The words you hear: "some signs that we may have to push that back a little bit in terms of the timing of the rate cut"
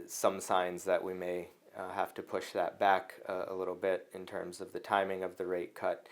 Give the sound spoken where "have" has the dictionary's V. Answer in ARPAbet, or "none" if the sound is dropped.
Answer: F